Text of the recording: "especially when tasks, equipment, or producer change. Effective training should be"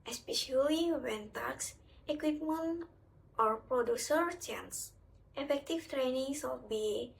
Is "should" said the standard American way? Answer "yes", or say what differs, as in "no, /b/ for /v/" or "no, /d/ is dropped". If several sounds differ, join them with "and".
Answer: no, /s/ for /ʃ/